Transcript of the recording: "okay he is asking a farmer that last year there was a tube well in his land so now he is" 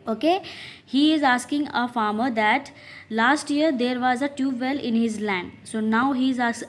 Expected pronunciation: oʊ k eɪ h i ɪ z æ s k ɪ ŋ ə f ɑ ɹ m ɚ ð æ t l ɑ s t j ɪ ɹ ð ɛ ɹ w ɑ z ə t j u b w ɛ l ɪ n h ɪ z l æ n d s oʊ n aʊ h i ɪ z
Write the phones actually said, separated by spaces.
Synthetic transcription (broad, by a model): oʊ k eɪ h i ɪ z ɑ s k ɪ ŋ ə f ɑ ɹ m ɚ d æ t l ɑ s t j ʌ ɹ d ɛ ɹ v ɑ z ə t j u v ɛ l ɪ n h ɪ z l æ n d s oʊ n aʊ h i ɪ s